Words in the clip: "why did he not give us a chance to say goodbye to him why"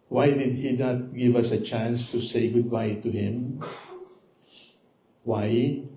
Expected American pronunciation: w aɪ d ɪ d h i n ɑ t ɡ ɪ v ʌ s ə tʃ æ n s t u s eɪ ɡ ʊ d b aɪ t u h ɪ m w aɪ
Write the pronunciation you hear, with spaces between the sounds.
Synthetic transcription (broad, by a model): w aɪ d ɪ d h i n ɑ t ɡ ɪ v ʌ s ə tʃ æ n s t u s eɪ ɡ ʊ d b aɪ t u h ɪ m w aɪ